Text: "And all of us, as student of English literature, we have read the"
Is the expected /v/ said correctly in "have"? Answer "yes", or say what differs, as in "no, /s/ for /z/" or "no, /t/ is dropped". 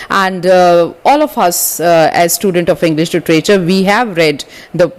yes